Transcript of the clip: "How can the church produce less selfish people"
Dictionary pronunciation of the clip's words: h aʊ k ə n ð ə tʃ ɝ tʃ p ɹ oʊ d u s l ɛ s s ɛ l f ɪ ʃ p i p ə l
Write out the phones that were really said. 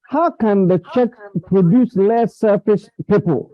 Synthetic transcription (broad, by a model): h aʊ k ə n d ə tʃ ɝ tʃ p ɹ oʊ d u s l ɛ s s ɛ f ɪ s p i p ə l